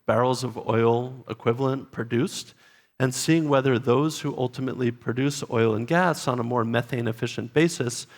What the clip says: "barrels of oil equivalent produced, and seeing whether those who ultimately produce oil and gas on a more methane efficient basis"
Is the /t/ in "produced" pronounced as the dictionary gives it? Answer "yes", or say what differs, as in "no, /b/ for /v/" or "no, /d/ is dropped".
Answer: yes